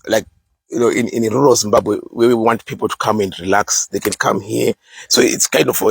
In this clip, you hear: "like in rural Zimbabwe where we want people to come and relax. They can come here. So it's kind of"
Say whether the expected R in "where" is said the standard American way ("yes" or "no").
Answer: no